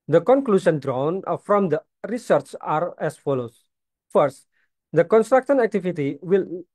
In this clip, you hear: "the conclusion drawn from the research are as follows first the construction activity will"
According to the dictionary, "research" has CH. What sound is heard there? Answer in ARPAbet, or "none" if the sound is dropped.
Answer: CH